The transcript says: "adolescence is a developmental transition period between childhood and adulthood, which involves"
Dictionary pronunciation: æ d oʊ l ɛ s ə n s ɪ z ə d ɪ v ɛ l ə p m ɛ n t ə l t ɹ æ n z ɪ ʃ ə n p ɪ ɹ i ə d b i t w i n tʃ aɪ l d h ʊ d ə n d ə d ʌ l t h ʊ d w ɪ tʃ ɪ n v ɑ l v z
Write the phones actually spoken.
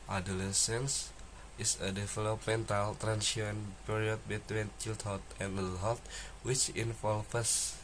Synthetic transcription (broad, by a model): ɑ d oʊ l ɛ s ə n s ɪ s ə d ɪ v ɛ l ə p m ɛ n t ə l t ɹ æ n s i ə n p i ɹ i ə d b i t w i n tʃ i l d h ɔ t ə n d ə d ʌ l h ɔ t w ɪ tʃ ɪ n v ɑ l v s